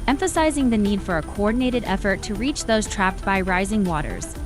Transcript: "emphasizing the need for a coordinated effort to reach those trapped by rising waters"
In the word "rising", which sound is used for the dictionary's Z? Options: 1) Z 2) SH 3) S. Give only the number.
1